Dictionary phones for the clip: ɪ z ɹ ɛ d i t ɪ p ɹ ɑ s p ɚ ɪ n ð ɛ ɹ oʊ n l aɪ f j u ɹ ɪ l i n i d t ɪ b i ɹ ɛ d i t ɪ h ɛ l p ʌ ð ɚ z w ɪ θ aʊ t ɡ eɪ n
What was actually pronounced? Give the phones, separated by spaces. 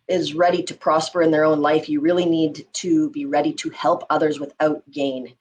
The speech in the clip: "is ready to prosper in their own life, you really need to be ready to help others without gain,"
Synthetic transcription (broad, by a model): ɪ z ɹ ɛ d i t ɪ p ɹ ɑ s p ɚ ɪ n ð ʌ ɹ oʊ n l aɪ f j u ɹ ɪ l i n i d t ɪ b i ɹ ɛ d i t ɪ h ɛ l p ʌ ð ɚ z w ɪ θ aʊ t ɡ eɪ n